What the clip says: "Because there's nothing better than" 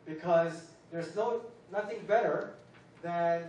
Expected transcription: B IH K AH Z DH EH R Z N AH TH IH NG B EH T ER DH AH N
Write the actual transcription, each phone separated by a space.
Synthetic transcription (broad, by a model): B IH K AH Z DH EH R Z N AH TH IH NG B EH T ER DH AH N